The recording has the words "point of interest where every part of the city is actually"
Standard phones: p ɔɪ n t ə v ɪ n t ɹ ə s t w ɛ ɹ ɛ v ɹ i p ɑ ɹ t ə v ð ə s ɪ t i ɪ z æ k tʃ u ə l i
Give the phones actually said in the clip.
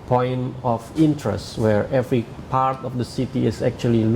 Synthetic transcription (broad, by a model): p ɔɪ n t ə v ɪ n t ɹ ə s t w ɛ ɹ ɛ v ɹ i p ɑ ɹ t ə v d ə s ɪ t i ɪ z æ k tʃ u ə l i